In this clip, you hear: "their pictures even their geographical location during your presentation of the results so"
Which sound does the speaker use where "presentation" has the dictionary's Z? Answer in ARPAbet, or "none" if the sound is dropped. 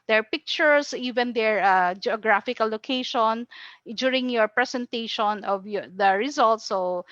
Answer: S